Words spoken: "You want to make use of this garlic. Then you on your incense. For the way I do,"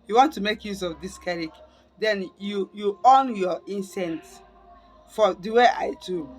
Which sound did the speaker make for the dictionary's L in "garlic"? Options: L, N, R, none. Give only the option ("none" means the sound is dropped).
none